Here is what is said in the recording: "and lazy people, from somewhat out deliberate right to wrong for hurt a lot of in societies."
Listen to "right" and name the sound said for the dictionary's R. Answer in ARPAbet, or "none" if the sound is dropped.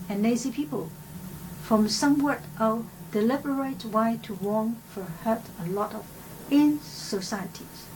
W